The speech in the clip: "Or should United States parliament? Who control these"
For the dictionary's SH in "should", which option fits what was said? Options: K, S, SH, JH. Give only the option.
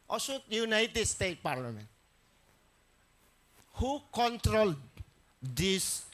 S